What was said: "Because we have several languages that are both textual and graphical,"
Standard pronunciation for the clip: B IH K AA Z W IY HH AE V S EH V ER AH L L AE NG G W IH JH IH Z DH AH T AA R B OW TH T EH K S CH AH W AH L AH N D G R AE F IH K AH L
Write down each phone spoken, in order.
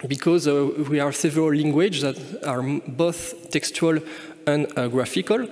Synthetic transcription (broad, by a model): B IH K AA Z W IY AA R S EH V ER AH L L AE NG G W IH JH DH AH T AA R B OW TH T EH K S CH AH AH L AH N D G R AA F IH K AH L